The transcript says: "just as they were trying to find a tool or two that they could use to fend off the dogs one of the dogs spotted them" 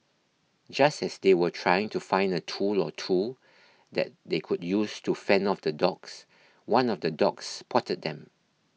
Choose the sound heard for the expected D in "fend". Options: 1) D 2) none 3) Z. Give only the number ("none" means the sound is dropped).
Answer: 2